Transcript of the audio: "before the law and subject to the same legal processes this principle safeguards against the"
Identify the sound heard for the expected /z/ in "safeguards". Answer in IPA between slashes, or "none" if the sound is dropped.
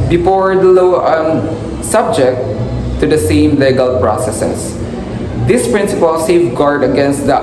none